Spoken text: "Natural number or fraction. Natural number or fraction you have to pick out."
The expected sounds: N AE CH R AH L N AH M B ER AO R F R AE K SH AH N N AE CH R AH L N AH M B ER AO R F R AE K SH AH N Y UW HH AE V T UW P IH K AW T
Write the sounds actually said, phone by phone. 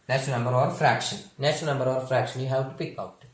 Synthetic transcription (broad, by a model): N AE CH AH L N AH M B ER AO R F R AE K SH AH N N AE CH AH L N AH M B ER AO R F R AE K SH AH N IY HH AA W T UW P IH K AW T